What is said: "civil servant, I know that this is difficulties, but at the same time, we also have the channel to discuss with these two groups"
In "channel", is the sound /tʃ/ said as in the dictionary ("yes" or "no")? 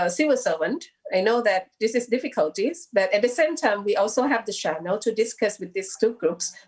no